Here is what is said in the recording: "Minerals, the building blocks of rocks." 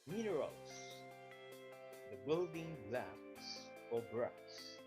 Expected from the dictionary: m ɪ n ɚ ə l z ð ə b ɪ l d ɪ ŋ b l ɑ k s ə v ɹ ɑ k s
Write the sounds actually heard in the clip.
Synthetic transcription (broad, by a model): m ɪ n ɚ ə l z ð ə b ɪ l d ɪ ŋ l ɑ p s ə b ɹ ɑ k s